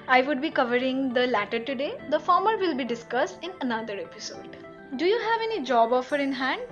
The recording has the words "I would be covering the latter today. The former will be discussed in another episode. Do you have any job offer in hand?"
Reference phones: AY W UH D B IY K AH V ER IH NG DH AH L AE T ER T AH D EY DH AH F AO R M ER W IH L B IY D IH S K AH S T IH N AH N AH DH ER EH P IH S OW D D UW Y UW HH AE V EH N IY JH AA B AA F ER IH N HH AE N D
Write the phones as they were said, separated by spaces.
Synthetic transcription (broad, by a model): AY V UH D B IY K AH V ER IH NG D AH L AE T ER T AH D EY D AH F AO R M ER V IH L B IY D IH S K AH S T IH N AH N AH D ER EH P IH S OW D D UW Y UW HH AE V EH N IY JH AA B AA F ER IH N HH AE N D